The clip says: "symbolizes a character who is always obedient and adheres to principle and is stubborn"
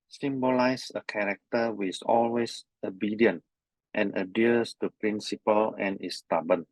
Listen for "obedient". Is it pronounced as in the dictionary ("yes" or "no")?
yes